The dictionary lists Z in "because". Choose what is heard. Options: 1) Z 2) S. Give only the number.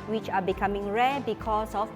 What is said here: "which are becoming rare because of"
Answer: 2